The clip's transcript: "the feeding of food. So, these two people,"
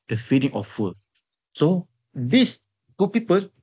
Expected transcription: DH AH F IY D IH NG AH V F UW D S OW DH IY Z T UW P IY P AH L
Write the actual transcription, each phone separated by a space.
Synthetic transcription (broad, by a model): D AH F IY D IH NG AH F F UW S OW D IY S T UW P IY P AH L